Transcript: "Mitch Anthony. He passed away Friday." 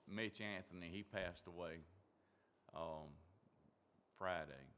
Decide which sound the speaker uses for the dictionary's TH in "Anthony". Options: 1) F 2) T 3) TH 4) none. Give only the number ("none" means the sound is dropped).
3